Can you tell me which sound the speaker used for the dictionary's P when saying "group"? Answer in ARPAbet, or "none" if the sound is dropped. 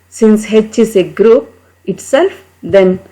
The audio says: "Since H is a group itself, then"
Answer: P